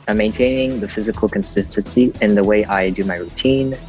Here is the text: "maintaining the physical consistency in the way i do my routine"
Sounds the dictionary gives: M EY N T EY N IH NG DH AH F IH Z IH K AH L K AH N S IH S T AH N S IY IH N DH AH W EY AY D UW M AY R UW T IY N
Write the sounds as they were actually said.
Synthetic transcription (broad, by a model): M EY N T EY N IH NG DH AH F IH Z IH K AH L K AH N S IH S T AH N S IY IH N DH AH W EY AY D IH M AY R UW T IY N